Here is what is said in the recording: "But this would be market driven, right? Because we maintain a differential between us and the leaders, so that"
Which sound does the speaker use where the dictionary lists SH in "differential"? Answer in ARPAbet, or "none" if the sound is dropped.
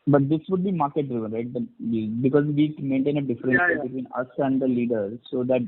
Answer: S